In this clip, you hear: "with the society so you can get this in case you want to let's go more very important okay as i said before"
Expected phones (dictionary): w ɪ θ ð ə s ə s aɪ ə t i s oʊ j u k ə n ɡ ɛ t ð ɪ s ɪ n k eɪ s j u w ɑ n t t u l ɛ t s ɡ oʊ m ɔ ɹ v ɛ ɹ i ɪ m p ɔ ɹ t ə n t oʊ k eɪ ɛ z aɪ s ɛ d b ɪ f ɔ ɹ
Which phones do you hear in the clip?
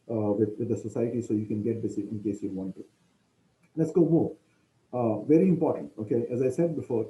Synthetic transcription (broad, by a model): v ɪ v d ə s ə s aɪ ə t i s oʊ j u k ə n ɡ ɛ t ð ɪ s ɪ n k eɪ s j u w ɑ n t t u l ɛ t s ɡ oʊ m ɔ v ɛ ɹ i ɪ m p ɔ ɹ t ə n t oʊ k eɪ ɛ z aɪ s ɛ d b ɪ f ɔ ɹ